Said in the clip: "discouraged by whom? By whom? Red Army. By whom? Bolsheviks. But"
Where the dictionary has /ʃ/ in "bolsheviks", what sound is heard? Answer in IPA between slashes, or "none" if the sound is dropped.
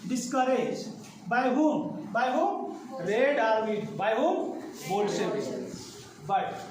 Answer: /s/